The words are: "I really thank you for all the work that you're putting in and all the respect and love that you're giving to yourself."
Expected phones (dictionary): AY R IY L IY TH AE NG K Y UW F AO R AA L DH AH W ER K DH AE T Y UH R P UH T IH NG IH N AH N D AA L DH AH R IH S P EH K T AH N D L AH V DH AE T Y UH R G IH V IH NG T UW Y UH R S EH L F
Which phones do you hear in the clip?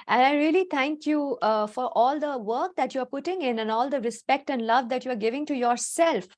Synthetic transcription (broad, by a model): AY R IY L IY T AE NG K Y UW F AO R AA L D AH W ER K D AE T Y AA R P UH T IH NG IH N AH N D AA L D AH R IH S P EH K T AH N D L AH V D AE T Y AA R G IH V IH NG T UW Y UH R S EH L F